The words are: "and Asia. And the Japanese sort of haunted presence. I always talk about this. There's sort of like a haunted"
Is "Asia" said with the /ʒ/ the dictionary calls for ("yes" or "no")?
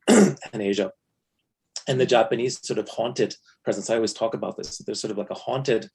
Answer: yes